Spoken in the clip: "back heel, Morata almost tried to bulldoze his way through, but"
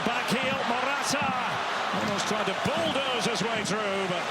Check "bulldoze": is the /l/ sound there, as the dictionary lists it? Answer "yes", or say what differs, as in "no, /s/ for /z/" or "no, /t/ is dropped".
yes